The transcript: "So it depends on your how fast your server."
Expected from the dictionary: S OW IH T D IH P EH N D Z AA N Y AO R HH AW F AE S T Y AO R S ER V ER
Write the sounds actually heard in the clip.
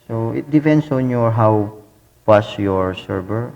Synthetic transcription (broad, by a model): S OW IH T D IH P EH N D S AA N Y AO R HH AW P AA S Y AO R S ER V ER